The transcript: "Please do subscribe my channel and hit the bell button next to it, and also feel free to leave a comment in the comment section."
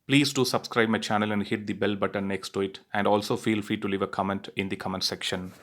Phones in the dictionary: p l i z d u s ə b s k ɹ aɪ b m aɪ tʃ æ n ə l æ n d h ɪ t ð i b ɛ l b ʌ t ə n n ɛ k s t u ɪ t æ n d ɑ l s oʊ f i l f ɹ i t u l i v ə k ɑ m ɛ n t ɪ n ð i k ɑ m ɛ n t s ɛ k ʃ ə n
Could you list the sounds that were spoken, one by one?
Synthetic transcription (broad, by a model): p l i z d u s ə b s k ɹ aɪ b m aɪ tʃ æ n ə l æ n d h ɪ t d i b ɛ l b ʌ t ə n n ɛ k s t u ɪ t æ n d ɑ l s oʊ f i l f ɹ i t u l i v ə k ɑ m ɛ n t ɪ n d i k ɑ m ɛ n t s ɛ k ʃ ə n